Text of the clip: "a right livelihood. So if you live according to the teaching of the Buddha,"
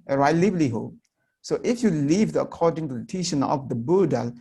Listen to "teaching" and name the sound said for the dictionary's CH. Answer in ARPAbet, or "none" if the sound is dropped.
SH